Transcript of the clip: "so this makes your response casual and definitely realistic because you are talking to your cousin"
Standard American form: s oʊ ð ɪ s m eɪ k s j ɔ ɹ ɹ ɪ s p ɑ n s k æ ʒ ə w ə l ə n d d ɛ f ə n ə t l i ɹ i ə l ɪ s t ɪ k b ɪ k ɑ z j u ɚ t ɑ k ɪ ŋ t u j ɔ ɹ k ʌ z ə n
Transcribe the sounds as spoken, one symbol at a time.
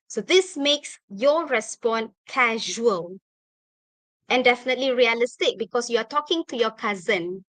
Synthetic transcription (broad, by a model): s oʊ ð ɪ s m eɪ k s j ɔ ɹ ɹ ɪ s p ɑ n k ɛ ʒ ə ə l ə n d d ɛ f ə n ə t l i ɹ i ə l ɪ s t ɪ k b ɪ k ɑ s j u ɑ t ɑ k ɪ ŋ t u j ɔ k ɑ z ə n